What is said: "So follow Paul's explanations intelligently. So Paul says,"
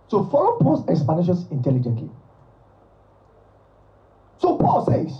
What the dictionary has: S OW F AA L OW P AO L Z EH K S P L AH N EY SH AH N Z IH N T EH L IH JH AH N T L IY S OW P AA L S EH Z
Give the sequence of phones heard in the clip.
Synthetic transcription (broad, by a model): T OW F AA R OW P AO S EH K S P AH N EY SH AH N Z IH N T EH L IH JH AH N T L IY S OW P AA L S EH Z